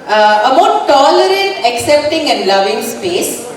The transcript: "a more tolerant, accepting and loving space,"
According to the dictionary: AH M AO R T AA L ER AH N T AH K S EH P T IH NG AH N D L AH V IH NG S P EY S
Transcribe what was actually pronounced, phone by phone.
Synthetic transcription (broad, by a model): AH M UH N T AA L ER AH T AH K S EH P T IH NG AH N D L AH V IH NG S P EY S